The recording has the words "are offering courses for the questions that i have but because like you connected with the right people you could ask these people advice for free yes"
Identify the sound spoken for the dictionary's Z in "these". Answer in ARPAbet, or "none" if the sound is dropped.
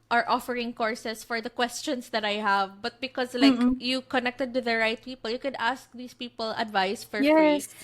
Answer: S